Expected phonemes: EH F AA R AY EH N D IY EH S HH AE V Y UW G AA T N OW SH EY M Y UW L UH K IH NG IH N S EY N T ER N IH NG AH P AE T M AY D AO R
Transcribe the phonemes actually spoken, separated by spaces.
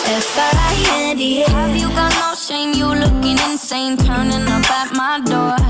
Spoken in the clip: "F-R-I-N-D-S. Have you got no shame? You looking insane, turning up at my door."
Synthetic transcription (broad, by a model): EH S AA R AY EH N D IY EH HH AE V Y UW G AA T N OW SH EY M Y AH L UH K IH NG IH N S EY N T ER N IH NG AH B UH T M AY D AO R